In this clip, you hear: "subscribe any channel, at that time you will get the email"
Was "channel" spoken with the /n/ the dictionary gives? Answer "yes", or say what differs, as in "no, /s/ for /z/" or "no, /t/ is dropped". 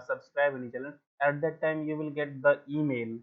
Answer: no, /l/ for /n/